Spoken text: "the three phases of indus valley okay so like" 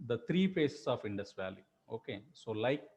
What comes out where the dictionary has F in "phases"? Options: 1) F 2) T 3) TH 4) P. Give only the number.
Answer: 4